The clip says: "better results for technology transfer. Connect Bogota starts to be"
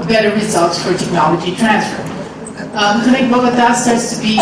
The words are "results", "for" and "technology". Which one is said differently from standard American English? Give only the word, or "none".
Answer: none